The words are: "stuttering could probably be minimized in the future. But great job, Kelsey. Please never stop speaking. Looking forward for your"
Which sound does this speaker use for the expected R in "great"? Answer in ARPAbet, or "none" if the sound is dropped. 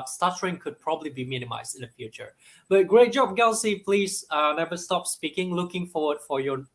R